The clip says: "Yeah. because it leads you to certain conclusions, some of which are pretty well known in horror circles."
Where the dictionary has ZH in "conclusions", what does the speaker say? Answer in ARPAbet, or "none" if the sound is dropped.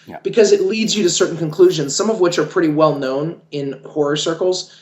ZH